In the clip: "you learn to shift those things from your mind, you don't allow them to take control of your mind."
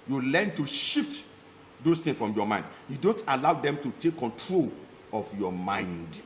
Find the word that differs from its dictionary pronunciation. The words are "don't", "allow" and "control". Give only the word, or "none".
none